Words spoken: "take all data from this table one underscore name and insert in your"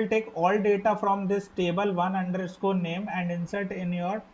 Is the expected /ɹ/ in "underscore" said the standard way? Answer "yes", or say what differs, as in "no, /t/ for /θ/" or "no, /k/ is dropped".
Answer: no, /l/ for /ɹ/